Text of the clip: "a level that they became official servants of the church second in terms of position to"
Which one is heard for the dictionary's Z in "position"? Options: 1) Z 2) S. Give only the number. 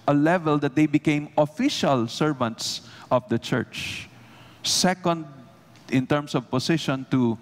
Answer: 2